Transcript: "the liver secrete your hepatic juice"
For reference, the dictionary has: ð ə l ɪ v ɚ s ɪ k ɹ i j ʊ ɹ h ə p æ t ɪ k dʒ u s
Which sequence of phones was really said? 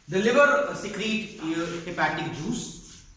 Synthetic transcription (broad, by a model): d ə l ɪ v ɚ s ɪ k ɹ i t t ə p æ t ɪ k dʒ u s